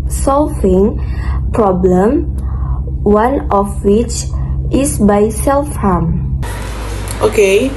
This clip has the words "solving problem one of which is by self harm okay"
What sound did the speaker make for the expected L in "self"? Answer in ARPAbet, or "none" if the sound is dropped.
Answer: L